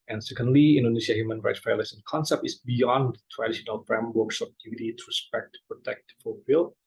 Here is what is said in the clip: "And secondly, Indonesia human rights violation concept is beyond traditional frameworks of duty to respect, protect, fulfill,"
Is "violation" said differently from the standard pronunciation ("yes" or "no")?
yes